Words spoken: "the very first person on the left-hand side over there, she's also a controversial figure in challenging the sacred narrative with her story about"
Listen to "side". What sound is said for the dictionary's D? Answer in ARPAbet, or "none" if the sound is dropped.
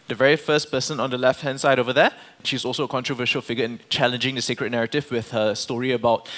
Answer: D